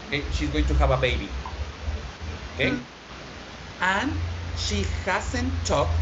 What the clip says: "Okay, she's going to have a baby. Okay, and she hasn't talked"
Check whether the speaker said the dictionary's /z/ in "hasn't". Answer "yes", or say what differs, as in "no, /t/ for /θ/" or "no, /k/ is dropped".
no, /s/ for /z/